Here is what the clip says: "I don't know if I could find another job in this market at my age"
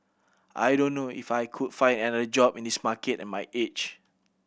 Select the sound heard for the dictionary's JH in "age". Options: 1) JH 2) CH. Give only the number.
2